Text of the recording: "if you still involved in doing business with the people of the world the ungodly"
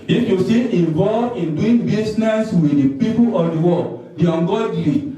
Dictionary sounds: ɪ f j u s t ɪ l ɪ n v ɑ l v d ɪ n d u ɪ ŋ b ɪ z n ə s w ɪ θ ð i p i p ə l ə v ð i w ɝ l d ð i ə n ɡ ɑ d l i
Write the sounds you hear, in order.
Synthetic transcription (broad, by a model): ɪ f j u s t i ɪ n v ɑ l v ɪ n d u ɪ ŋ b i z n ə s w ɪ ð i p i p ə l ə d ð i w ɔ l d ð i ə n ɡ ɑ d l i